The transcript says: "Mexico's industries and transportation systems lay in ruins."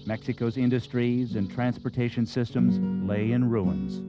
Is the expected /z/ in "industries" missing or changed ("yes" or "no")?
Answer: no